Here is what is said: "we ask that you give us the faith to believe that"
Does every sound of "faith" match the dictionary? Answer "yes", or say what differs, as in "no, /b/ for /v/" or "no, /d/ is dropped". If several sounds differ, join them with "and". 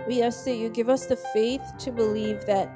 yes